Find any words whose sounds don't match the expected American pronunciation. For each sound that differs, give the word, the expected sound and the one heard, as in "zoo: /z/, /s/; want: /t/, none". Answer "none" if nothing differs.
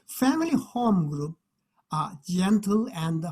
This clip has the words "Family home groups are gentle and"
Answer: groups: /s/, none